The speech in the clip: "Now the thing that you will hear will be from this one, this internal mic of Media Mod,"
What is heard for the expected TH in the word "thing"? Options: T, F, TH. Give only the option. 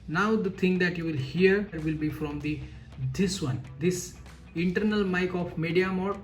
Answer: T